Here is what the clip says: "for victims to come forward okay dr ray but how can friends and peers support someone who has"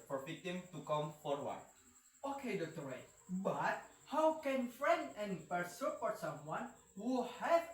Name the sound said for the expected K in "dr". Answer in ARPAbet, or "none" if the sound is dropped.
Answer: none